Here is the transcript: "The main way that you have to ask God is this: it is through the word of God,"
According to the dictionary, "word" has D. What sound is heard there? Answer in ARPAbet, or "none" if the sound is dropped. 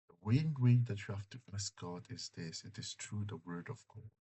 D